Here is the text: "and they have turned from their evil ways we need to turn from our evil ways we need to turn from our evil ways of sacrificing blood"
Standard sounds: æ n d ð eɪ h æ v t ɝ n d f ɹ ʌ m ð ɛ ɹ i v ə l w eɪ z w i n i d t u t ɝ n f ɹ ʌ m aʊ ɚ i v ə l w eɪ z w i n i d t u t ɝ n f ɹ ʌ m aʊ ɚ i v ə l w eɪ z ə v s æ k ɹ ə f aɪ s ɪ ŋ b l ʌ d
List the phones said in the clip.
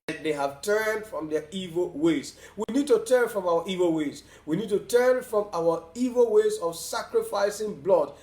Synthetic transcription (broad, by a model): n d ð eɪ h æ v t ɝ n d f ɹ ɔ m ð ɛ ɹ i v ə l w eɪ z w i n i d t u t ɝ n f ɹ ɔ m aʊ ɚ i v ə l w eɪ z w i n i d t u t ɝ n f ɹ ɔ m aʊ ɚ i v ə l w eɪ z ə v s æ k ɹ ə f aɪ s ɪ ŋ b l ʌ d